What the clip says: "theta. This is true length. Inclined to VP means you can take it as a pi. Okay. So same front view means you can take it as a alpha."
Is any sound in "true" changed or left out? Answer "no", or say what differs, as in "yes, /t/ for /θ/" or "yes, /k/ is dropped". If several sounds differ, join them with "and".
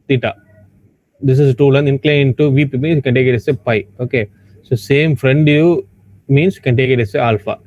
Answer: yes, /ɹ/ is dropped